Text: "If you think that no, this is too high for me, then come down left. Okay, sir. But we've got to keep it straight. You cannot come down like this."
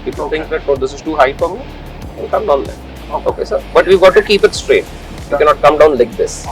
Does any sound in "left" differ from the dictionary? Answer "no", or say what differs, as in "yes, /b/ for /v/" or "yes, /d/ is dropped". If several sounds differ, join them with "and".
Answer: yes, /f/ is dropped